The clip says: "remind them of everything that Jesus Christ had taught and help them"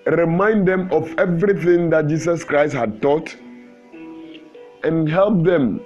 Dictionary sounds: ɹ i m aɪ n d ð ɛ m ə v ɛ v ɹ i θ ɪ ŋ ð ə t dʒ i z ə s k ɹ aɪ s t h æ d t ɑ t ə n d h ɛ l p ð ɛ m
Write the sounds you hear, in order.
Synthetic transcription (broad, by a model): ɹ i m aɪ n d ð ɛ m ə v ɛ v ɹ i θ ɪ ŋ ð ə t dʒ i s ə s k ɹ aɪ s t h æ d t ɑ t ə n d h ɛ l p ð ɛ m